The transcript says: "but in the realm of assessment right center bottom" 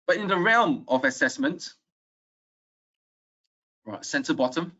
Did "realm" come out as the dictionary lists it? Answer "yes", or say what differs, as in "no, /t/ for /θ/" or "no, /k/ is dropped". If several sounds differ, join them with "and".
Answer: yes